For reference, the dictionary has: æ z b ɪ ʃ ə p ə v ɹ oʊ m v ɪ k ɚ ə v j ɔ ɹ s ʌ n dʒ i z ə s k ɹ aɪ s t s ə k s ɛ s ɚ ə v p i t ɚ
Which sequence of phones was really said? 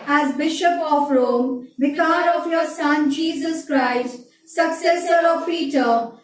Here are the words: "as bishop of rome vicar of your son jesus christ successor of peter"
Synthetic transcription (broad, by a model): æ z b ɪ ʃ ə p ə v ɹ oʊ m b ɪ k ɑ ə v j ɔ ɹ s ʌ n dʒ i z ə s k ɹ aɪ s t s ə k s ɛ s ɚ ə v p i t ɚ